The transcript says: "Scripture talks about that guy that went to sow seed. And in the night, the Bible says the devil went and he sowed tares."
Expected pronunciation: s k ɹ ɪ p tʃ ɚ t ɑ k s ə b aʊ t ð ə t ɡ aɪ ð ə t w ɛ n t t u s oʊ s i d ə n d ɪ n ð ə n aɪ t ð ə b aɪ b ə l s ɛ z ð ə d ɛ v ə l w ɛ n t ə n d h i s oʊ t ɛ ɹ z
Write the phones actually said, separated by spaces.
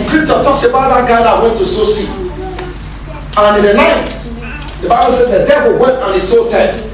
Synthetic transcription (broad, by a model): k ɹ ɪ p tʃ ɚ t ɑ k s ə b aʊ t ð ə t ɡ aɪ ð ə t w ɛ n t t u s oʊ s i ə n ɪ n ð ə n aɪ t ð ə b aɪ b ə l s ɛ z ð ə d ɛ v ə l w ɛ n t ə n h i s oʊ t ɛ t